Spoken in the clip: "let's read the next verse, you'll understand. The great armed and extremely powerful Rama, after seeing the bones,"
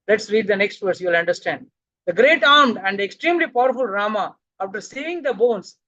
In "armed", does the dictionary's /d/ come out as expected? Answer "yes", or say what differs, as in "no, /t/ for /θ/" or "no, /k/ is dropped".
yes